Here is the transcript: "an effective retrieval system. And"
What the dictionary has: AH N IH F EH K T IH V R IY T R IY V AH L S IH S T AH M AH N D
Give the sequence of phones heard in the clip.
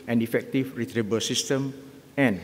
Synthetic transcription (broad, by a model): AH N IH F EH K T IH F R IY T R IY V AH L S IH S T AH M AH N